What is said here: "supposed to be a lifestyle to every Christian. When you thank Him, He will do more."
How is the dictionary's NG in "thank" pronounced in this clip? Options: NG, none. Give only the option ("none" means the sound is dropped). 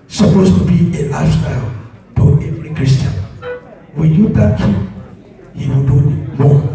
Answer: none